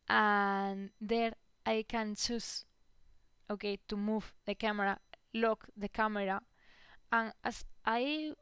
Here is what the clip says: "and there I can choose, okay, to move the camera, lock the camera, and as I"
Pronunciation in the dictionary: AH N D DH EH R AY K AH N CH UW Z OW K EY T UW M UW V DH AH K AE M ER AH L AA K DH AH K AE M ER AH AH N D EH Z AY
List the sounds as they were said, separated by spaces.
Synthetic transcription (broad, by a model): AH N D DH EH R AY K AH N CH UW S OW K EY T UW M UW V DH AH K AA M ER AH L AA K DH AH K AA M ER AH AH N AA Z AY